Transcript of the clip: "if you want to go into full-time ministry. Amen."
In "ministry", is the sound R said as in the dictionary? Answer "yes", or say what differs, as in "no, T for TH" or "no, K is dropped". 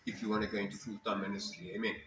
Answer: no, R is dropped